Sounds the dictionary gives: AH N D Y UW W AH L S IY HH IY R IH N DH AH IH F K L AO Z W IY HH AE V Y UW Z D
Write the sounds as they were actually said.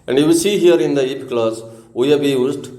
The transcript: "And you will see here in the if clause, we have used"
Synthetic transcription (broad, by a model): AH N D Y UW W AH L S IY HH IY R IH N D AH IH P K L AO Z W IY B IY Y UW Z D